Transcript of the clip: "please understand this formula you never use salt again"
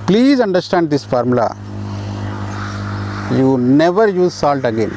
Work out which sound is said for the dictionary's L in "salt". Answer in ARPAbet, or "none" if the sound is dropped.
L